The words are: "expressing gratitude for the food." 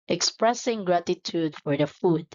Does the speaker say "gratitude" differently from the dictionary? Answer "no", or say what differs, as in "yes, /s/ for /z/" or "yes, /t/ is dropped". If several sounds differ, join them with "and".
no